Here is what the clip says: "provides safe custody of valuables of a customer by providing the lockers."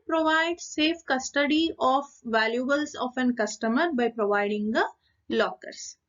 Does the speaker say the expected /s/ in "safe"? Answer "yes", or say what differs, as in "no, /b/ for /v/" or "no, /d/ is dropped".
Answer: yes